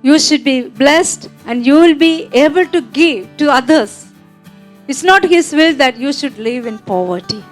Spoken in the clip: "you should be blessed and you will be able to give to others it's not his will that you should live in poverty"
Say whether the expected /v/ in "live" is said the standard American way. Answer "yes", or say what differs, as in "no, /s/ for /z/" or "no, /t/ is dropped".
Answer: yes